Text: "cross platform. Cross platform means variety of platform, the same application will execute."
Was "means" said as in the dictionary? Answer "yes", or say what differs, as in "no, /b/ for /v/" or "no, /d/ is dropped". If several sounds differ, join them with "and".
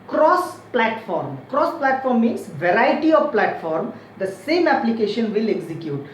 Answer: no, /n/ is dropped